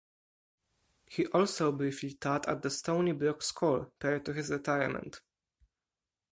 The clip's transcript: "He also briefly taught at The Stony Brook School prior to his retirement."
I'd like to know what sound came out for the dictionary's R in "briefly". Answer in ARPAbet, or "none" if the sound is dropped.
none